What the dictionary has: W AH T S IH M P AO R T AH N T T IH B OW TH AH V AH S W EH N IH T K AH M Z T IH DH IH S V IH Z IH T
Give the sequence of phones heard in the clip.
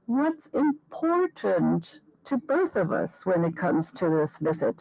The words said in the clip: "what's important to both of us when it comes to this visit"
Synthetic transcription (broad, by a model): W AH T S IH M P AO R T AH N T T IH B OW TH AH V AH S W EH N IH T K AH M Z T IH DH IH S V IH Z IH T